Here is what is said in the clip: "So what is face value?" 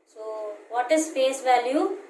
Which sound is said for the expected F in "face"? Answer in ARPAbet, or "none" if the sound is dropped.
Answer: P